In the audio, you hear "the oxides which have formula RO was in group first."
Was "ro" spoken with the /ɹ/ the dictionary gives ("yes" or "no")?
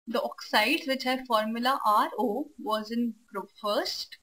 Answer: yes